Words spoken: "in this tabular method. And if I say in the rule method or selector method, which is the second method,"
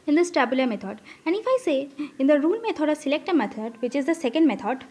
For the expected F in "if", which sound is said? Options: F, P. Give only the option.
F